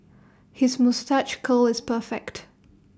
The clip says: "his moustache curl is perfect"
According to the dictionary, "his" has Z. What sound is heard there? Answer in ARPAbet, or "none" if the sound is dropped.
Z